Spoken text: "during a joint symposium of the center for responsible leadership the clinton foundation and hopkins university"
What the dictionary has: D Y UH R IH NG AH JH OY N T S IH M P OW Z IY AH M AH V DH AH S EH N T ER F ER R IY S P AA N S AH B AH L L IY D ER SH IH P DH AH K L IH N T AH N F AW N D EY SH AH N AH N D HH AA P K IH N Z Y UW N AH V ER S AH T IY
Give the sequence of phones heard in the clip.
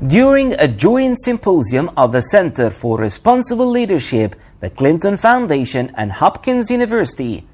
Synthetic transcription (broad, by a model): D Y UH R IH NG AH JH OY N T S IH M P OW Z IY AH M AH V DH AH S EH N T ER F ER R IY S P AA N S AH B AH L L IY D ER SH IH P DH AH K L IH N T AH N F AW N D EY SH AH N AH N HH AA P K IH N Z Y UW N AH V ER S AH T IY